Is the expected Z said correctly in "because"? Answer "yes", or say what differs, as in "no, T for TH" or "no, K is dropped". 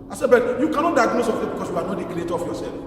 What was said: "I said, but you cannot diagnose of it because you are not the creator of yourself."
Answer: no, S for Z